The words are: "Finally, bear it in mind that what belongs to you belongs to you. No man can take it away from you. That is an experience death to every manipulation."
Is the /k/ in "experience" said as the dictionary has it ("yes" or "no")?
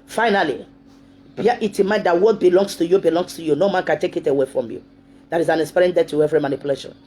no